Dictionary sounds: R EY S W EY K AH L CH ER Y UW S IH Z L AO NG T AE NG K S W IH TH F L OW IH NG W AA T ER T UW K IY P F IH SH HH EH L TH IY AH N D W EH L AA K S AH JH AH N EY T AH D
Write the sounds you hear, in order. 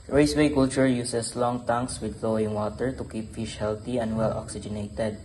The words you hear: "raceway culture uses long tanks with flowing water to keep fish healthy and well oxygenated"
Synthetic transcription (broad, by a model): R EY S W EY K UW L CH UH Y UW S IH S L AO NG T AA NG K S W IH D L OW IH NG W AA T ER T UW K IY P F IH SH HH EH L T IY AH N D W EH L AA K S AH JH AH N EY T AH D